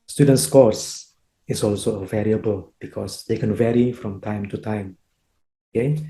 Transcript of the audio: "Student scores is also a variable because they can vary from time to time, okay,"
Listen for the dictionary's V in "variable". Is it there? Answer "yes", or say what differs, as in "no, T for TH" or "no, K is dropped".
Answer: yes